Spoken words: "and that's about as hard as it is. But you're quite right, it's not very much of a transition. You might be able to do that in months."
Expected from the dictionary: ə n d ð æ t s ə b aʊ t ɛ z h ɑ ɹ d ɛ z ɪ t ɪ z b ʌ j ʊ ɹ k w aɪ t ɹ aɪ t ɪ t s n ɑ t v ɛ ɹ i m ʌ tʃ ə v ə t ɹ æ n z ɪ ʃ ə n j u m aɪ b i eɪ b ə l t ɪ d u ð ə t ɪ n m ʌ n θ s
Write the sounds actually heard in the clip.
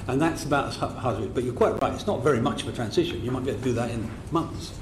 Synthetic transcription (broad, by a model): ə n ð æ t s ə b aʊ t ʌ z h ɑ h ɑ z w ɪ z b ʌ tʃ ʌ ɹ k w aɪ t ɹ aɪ t ɪ t s n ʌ t v ɛ ɹ i m ʌ tʃ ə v ə t ɹ æ n z ɪ ʃ ə n j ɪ m aɪ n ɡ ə t ɪ d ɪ ð ə t ɪ n m ʌ n θ s